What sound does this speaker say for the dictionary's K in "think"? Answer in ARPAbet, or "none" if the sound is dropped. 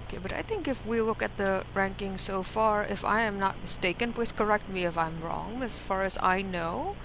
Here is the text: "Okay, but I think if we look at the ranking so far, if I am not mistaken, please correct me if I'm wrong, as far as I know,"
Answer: K